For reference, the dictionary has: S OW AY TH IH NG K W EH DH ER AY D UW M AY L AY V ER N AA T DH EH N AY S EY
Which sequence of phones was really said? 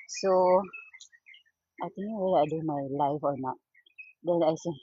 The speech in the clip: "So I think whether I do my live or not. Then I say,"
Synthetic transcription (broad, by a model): S OW AY T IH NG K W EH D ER AY D UW M AY L AY F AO N AA T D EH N AY S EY